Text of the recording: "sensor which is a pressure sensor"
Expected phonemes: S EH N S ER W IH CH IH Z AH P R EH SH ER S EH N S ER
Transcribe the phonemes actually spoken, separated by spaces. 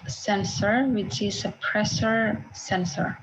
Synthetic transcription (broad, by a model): S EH N S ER W IH CH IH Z AH P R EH S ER S EH N S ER